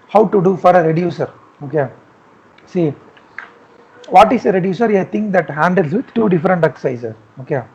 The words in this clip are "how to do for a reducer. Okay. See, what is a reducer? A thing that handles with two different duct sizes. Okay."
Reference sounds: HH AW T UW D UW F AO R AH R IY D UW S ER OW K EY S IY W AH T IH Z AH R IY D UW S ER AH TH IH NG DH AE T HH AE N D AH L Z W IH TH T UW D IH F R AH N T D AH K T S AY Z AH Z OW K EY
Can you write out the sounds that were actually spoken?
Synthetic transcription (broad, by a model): HH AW T UW D UW F AO R AH R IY D UW S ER OW K EY S IY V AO T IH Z AH R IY D UW S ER AH T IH NG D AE T HH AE N D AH L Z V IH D T UW D IH F R AH N T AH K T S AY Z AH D OW K EY